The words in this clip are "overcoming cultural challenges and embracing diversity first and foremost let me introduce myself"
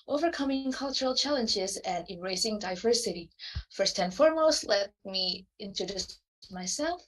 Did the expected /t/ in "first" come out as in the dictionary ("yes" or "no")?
yes